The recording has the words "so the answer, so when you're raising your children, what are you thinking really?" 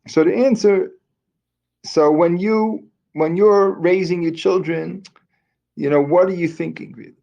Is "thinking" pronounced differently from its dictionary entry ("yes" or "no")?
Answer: no